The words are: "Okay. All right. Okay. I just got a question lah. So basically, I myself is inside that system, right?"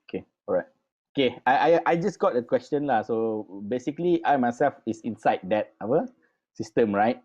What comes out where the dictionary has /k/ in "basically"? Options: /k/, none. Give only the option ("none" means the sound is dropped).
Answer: /k/